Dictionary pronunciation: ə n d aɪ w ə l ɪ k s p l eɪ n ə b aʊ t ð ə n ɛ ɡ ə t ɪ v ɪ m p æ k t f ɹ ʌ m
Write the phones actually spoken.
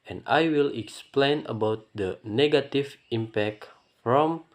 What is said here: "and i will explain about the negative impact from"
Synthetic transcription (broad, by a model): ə n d aɪ w ə l ɪ k s p l eɪ n ə b aʊ t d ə n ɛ ɡ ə t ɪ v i m p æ k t f ɹ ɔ m